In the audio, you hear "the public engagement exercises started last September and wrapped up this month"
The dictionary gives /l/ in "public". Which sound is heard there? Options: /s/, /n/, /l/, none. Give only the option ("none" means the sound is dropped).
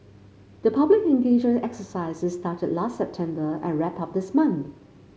/l/